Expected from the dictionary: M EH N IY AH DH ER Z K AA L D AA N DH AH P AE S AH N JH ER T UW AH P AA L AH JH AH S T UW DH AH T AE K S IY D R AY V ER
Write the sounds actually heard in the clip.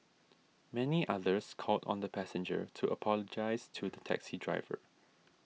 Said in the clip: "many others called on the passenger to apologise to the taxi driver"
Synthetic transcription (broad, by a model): M EH N IY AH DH ER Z K AA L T AA N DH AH P AE S AH N JH ER T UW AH P AA L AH JH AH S T UW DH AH T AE K S IY D R AY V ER